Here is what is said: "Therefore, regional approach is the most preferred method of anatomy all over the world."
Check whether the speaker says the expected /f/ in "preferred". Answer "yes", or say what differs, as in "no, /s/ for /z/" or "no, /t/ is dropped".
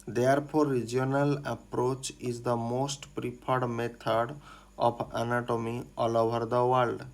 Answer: no, /p/ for /f/